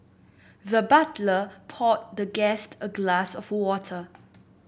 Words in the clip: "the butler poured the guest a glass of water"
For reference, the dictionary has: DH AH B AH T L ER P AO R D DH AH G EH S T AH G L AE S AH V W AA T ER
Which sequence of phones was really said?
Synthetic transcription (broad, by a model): DH AH B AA T L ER P AO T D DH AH G EH S T AH G L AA S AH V W AA T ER